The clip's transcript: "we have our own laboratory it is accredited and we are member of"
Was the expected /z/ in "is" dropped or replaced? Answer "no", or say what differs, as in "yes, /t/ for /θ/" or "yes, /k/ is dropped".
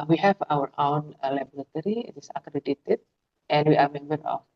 yes, /s/ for /z/